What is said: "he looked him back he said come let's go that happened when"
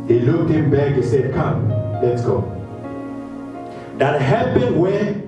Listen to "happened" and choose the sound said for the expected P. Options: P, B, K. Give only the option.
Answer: B